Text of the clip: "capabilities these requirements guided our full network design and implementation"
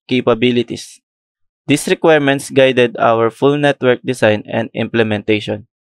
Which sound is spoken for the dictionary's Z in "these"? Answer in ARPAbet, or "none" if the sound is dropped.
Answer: S